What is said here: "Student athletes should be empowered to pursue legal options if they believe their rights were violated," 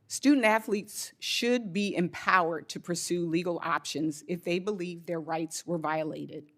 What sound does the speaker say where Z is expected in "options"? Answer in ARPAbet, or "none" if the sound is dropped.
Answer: Z